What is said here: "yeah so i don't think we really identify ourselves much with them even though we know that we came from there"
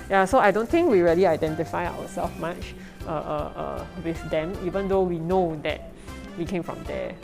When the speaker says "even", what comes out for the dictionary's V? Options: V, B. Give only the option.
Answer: V